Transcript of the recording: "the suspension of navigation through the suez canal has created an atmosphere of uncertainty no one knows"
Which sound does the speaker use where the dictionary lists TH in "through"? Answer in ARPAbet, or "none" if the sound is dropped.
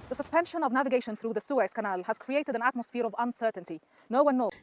TH